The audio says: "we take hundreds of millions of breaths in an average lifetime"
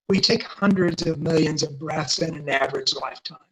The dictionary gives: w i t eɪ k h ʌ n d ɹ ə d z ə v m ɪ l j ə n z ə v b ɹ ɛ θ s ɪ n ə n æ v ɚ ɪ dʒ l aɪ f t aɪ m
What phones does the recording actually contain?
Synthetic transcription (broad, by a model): w i t eɪ k h ʌ n d ɹ ə d z ə v m ɪ l j ə n z ə v b ɹ ɛ θ s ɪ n ə n æ v ɚ ɪ dʒ l aɪ f t aɪ m